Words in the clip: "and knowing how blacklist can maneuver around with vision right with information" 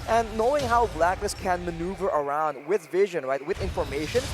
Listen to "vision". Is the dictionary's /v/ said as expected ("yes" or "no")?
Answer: yes